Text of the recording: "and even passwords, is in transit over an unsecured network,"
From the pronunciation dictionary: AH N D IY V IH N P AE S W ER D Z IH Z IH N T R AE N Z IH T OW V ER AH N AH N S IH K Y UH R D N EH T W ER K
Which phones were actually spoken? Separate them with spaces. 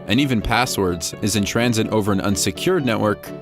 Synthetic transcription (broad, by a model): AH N IY V IH N P AE S W ER D Z IH Z IH N T R AE N Z IH T OW V ER AH N AH N S IH K Y UH R D N EH T W ER K